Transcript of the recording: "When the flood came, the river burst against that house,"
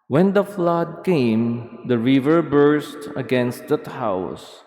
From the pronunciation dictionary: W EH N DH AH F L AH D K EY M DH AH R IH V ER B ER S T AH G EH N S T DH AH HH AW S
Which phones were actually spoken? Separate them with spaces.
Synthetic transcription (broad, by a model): W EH N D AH F L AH D K EY M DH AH R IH V ER B ER S T AH G EH N S T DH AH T AW S